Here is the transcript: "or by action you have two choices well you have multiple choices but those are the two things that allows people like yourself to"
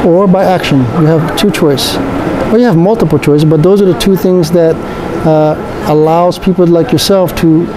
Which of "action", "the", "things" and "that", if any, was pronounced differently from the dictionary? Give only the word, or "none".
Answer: none